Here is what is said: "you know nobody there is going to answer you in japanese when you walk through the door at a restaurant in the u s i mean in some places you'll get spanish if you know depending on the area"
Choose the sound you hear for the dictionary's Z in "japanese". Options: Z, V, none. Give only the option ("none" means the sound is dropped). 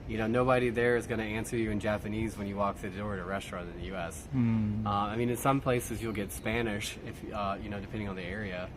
Z